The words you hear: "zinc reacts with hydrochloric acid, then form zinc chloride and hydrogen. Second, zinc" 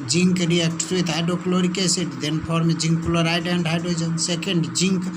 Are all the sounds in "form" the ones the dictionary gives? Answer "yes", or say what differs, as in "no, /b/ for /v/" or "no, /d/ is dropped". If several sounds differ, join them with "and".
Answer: no, /p/ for /f/